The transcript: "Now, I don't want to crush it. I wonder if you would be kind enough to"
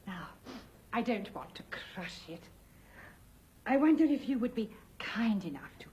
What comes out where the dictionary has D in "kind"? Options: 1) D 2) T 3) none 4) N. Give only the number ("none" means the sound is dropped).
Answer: 1